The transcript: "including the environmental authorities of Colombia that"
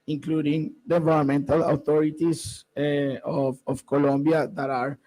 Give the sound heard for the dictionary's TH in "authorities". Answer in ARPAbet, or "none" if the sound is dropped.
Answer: T